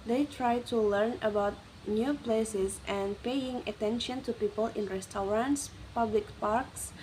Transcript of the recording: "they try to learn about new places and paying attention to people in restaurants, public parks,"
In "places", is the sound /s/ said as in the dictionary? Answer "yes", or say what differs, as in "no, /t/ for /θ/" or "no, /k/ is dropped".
yes